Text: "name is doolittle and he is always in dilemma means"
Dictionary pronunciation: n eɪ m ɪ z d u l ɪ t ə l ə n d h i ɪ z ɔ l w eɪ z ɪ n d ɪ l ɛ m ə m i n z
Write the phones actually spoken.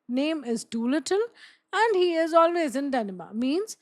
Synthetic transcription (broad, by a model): n eɪ m ɪ z d u l ɪ t ə l ə n d h i ɪ z ɔ l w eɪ z ɪ n d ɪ n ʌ m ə m i n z